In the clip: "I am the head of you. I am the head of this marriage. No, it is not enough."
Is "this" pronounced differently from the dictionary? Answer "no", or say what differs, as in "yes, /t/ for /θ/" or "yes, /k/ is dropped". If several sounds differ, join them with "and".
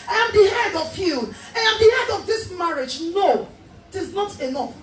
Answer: no